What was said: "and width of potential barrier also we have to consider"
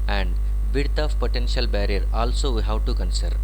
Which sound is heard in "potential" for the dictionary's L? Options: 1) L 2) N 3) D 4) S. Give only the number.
1